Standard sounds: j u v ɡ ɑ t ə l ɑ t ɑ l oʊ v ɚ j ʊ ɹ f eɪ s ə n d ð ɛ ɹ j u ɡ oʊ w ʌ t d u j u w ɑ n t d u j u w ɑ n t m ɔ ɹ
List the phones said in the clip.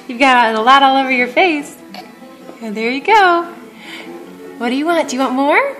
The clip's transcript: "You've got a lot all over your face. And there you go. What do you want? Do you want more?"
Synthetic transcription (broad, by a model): j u v ɡ ɑ t ə l ɑ t ɑ l oʊ v ɚ j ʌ ɹ f eɪ s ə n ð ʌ ɹ j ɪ ɡ oʊ w ʌ t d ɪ j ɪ w ɑ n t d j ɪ w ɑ n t m ɔ ɹ